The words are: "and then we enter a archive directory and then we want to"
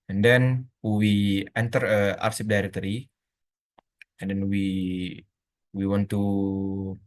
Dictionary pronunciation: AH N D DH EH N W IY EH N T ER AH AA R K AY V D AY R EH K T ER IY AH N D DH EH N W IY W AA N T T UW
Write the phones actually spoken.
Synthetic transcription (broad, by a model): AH N D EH N W IY EH N T ER AH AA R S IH P D AY R EH K T ER IY AH N D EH N W IY W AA N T T UW